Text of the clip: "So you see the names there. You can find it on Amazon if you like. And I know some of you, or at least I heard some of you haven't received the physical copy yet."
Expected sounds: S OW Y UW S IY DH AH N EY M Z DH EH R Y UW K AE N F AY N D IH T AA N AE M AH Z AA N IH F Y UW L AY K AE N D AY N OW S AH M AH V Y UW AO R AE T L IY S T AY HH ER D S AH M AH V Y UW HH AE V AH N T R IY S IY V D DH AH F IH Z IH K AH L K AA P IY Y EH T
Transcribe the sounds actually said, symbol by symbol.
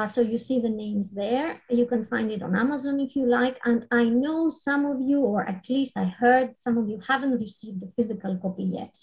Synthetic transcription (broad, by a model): S OW Y UW S IY DH AH N EY M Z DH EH R Y UW K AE N F AY N D IH T AA N AE M AH Z AA N IH F Y UW L AY K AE N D AY N OW S AH M AH V Y UW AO R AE T L IY S T AY HH ER D S AH M AH V Y UW HH AE V AH N T R IY S IY V D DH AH F IH Z IH K AH L K AA P IY Y EH T